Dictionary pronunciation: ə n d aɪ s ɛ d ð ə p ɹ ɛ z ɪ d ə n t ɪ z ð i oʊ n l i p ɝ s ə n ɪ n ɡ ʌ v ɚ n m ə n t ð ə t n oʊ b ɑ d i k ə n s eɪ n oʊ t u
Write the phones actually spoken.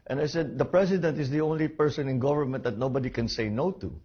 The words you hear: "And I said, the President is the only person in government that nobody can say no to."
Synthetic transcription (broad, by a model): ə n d aɪ s ɛ d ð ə p ɹ ɛ s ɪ d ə n t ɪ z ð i oʊ n l i p ɝ s ə n ɪ n ɡ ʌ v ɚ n m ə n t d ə t n oʊ b ɑ d i k ə n s eɪ n oʊ t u